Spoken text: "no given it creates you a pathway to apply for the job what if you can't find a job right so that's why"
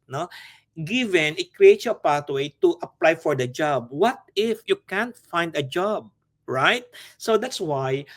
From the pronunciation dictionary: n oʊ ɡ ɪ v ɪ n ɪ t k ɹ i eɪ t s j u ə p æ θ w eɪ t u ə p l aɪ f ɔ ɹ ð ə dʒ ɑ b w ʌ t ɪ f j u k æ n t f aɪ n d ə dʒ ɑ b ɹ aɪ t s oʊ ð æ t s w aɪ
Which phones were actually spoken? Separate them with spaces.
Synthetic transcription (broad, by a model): n oʊ ɡ ɪ v ɪ n ɪ t k ɹ i eɪ t s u ə p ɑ t w eɪ t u ə p l aɪ f ɔ ɹ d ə dʒ ɑ b w ʌ t ɪ f j u k æ n t f aɪ n d ə dʒ ɑ b ɹ aɪ t s oʊ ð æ t s w aɪ